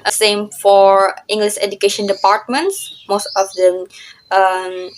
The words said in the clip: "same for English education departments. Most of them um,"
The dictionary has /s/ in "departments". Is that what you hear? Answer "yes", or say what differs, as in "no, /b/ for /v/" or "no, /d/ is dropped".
yes